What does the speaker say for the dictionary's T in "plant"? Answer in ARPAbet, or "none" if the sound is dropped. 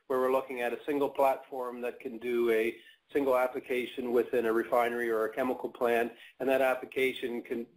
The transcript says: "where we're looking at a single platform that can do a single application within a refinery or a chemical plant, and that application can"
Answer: none